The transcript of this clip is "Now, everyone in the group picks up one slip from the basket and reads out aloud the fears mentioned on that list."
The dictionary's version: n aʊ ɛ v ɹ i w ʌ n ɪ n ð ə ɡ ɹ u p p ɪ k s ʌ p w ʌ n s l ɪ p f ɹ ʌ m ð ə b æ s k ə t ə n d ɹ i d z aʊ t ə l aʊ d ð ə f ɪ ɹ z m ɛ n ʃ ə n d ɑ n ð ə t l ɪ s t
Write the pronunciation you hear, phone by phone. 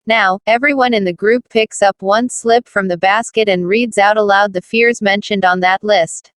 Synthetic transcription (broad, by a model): n aʊ ɛ v ɹ i w ʌ n ɪ n ð ə ɡ ɹ u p p ɪ k s ʌ p w ʌ n s l ɪ p f ɹ ʌ m ð ə b æ s k ə t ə n ɹ i d z aʊ t ə l aʊ d ð ə f ɪ ɹ z m ɛ n ʃ ə n d n ð ə t l ɪ s t